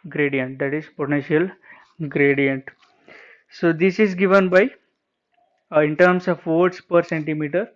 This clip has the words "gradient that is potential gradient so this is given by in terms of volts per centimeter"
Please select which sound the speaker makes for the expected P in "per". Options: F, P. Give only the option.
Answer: P